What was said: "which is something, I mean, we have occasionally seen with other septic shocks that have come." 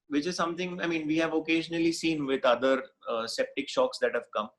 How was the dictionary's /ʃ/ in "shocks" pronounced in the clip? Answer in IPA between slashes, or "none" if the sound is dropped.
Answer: /ʃ/